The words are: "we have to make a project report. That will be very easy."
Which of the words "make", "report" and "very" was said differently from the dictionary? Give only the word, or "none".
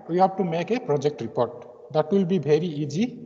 very